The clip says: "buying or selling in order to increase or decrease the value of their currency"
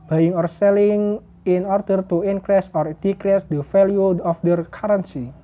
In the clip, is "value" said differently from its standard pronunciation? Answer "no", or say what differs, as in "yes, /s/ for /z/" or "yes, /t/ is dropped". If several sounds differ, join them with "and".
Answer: yes, /f/ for /v/